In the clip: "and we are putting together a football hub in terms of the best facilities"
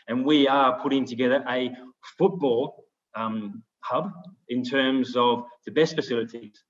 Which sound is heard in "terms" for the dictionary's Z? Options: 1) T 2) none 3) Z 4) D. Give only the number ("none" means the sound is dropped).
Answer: 3